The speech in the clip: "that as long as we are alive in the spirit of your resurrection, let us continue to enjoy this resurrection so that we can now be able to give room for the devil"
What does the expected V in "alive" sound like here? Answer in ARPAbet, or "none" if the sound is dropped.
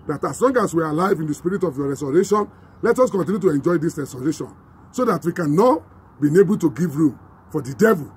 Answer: V